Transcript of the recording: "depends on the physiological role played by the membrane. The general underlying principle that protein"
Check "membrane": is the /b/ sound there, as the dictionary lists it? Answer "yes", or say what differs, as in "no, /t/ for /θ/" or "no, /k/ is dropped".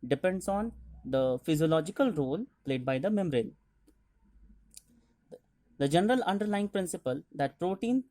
no, /b/ is dropped